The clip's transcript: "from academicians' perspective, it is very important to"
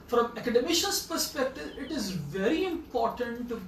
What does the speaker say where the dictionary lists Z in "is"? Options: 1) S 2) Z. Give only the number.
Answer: 2